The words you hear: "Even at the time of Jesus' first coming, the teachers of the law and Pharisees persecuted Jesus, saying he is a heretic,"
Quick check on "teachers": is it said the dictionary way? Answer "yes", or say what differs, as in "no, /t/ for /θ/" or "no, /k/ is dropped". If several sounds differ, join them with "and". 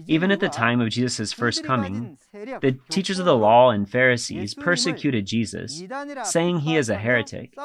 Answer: yes